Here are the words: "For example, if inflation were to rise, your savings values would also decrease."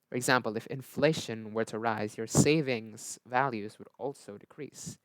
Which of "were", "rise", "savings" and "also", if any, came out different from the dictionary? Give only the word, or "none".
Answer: none